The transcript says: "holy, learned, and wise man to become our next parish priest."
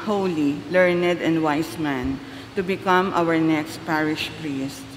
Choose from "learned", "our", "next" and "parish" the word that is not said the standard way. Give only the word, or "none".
none